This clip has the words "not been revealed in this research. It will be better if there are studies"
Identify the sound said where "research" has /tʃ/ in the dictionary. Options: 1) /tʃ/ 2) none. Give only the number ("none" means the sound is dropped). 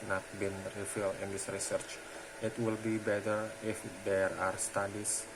1